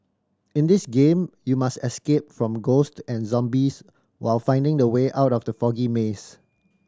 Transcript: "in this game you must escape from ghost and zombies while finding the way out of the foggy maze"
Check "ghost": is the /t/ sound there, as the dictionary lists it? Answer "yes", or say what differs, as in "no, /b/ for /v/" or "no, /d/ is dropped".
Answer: yes